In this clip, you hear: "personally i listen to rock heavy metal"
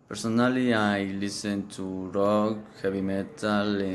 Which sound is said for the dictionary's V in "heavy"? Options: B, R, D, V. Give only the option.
B